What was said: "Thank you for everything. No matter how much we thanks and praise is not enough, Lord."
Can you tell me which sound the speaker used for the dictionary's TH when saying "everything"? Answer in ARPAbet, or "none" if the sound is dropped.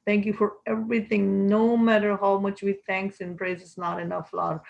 T